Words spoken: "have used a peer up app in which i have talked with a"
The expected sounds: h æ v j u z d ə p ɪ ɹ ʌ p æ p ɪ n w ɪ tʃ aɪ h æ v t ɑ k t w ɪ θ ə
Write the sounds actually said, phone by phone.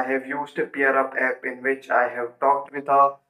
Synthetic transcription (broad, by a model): h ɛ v j u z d ə p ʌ ɹ ʌ p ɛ p ɪ n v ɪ tʃ aɪ h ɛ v t ɑ k t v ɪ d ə